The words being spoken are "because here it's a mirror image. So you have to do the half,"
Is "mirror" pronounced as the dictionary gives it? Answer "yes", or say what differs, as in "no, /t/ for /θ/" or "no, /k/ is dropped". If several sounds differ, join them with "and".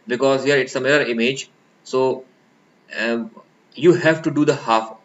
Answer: no, /l/ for /ɹ/